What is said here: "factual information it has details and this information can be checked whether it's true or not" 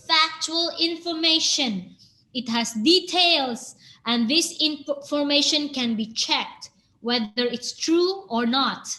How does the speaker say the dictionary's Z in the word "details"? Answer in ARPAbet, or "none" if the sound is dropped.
S